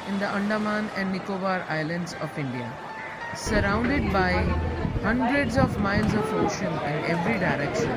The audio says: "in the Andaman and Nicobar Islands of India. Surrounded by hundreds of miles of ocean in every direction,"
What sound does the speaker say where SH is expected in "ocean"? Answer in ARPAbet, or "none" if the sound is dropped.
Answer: SH